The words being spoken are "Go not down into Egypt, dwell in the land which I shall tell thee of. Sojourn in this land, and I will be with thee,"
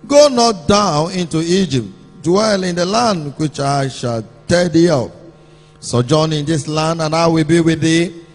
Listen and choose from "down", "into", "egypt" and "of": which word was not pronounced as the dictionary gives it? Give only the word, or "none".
of